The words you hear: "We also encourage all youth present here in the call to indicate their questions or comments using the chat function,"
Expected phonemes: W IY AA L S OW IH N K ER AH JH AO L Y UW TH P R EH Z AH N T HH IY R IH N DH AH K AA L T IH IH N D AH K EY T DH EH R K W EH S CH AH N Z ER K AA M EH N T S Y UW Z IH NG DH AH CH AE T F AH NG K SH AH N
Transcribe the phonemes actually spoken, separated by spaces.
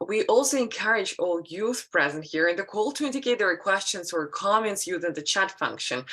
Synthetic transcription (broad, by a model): W IY AA L S OW IH N K ER AH JH AO L Y UW TH P R EH Z AH N T HH IY R IH N DH AH K AA L T IH IH N D AH K EY T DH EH R K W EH S CH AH N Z ER K AA M EH N T S Y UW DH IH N DH AH CH AE T F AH NG K SH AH N